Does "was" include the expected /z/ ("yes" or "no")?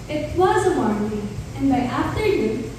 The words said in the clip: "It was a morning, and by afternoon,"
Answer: yes